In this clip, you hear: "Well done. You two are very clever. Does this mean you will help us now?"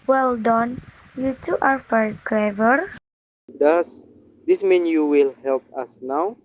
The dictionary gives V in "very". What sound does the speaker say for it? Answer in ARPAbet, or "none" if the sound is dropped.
F